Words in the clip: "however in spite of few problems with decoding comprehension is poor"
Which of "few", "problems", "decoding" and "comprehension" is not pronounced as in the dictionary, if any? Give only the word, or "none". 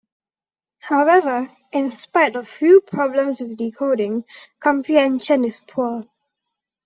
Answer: problems